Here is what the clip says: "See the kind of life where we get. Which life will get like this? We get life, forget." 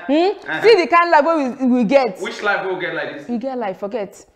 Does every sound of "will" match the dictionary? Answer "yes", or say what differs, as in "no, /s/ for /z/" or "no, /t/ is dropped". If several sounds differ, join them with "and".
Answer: no, /w/ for /l/